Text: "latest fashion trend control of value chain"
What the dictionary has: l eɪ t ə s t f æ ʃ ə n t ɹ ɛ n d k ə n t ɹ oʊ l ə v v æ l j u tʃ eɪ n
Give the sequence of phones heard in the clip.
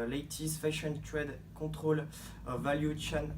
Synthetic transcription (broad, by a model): l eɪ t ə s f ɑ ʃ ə n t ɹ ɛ d k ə t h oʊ l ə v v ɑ l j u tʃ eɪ n